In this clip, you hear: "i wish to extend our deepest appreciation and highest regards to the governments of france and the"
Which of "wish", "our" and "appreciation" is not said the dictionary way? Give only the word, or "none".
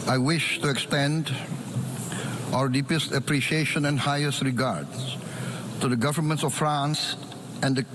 none